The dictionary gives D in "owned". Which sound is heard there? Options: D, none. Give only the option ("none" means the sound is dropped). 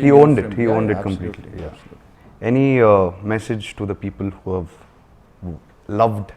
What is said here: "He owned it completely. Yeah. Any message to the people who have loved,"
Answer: D